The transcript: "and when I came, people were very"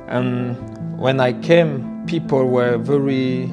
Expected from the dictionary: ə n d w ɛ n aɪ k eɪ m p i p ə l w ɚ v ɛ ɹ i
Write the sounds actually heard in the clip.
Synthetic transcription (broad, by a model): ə n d w ɛ n aɪ k eɪ m p i p ə l w ɚ v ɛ ɹ i